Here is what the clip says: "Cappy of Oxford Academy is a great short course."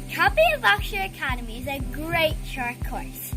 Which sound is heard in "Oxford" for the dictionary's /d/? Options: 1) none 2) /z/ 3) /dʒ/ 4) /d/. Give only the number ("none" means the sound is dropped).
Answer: 1